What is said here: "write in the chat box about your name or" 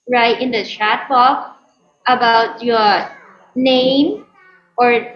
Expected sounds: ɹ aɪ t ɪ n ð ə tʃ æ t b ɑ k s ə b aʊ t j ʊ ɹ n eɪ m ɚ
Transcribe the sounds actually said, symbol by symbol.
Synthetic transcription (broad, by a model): ɹ aɪ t ɪ n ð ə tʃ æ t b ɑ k ə b aʊ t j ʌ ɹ n eɪ m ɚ